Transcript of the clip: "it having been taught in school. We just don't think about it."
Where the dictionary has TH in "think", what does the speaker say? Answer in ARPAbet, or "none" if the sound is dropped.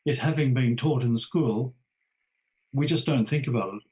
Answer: TH